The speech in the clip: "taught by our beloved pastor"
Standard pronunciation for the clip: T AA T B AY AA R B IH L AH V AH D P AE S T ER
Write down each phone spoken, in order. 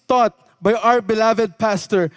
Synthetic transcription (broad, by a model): T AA T B AY AA R B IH L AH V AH D P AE S T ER